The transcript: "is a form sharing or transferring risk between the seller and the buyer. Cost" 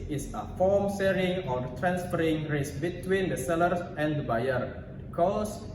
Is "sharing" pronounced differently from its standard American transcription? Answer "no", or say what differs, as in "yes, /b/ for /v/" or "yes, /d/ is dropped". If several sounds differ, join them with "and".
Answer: yes, /s/ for /ʃ/